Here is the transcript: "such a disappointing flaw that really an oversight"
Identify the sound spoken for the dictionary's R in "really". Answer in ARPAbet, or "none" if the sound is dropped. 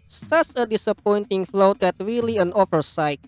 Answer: R